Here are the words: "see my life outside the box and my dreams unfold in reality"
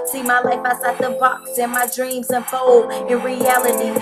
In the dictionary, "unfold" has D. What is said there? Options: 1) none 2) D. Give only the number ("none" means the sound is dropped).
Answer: 1